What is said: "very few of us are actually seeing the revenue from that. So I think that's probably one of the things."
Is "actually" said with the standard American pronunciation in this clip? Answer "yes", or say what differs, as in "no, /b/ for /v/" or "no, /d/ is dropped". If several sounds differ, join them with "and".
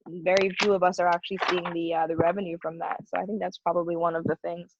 yes